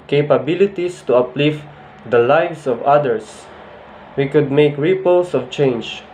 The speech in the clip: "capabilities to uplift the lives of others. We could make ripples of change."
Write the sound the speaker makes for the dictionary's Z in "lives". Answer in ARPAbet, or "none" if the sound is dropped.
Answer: S